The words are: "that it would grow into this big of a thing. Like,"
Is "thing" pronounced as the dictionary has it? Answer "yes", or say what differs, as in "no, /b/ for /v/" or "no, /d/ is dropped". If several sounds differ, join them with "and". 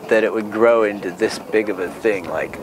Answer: yes